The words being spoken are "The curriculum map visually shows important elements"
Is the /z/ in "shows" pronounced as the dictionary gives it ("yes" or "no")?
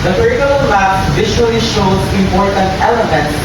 no